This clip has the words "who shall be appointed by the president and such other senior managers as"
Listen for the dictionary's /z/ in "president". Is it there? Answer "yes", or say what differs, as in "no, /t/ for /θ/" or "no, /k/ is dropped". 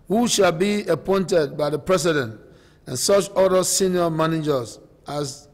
no, /s/ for /z/